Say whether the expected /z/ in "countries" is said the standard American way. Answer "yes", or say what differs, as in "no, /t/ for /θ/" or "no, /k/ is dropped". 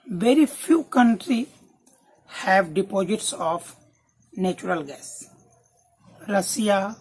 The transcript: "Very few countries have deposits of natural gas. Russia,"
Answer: no, /z/ is dropped